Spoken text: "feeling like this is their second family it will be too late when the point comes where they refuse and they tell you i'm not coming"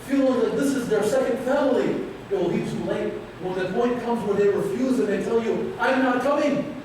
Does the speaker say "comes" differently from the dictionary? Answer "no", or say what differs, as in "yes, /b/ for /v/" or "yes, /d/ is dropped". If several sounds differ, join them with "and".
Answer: no